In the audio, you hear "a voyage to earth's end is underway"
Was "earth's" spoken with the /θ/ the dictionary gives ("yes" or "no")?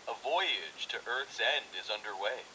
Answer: yes